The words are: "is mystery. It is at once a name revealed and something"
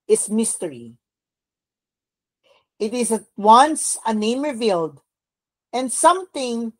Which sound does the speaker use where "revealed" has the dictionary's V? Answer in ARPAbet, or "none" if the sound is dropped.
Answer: V